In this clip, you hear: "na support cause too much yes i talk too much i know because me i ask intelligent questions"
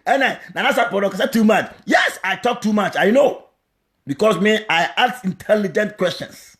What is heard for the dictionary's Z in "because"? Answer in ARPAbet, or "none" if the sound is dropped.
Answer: S